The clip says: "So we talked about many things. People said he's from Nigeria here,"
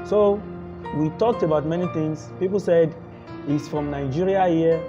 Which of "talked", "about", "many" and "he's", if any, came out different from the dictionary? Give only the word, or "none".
he's